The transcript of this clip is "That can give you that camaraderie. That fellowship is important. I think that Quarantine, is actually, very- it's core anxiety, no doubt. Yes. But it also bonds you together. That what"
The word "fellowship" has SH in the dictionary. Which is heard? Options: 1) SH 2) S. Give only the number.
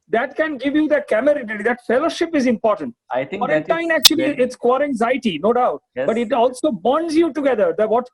1